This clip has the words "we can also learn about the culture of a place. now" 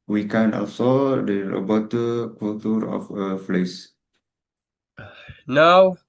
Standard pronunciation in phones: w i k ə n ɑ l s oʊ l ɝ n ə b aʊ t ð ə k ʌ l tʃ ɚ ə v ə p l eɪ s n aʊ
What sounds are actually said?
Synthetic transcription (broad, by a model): w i k ə n ɑ l s oʊ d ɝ ə b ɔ t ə k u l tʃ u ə f ə f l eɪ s n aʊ